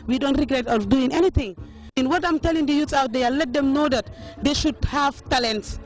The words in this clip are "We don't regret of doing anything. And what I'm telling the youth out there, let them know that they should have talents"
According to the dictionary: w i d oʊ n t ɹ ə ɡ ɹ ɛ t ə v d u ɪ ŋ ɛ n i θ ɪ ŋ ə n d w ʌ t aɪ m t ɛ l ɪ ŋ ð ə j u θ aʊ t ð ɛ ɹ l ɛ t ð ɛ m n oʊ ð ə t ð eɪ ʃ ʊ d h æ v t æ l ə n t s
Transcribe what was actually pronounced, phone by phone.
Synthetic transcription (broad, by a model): w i d oʊ n t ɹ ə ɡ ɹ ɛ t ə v d u ɪ ŋ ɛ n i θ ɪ ŋ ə n w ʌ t aɪ m t ɛ l ɪ ŋ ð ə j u s aʊ t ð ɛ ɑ l ɛ t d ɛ m n oʊ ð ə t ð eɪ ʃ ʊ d h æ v t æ l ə n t s